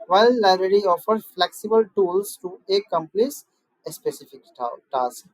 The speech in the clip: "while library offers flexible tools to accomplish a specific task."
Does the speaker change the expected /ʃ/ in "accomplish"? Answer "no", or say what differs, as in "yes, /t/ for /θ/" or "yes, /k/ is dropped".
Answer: yes, /s/ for /ʃ/